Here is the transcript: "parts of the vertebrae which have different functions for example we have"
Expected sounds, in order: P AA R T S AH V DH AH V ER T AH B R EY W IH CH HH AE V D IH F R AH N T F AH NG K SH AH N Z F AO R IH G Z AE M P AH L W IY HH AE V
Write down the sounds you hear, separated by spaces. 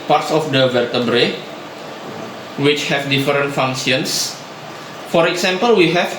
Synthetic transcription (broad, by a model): P AA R T S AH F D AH V ER T AH B R EY W IH CH HH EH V D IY F R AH N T F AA NG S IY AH N S F AO R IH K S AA M P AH L W IY HH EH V